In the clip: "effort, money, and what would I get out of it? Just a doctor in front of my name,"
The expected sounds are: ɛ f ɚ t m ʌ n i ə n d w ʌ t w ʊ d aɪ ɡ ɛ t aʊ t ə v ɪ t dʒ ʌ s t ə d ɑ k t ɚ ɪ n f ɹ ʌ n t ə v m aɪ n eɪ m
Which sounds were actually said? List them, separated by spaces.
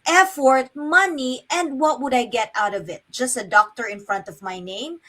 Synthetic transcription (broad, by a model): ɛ f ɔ t m ʌ n i ə n d w ʌ t w ʊ d aɪ ɡ ɛ t aʊ t ə v ɪ t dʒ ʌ s t ə d ɑ k t ɚ ɪ n f ɹ ʌ n t ə v m aɪ n eɪ m